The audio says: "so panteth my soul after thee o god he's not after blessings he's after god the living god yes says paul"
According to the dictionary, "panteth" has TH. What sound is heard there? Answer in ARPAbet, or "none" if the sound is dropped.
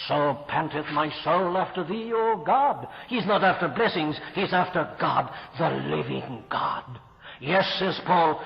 TH